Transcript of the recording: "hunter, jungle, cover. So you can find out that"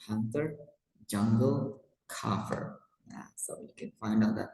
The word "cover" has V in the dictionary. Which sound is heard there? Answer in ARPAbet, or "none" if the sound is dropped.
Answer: F